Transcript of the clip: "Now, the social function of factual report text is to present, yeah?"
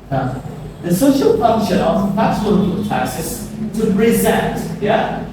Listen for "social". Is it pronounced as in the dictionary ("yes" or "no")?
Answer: yes